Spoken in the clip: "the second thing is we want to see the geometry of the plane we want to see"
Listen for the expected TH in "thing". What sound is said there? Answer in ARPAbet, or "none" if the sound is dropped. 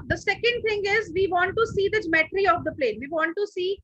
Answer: T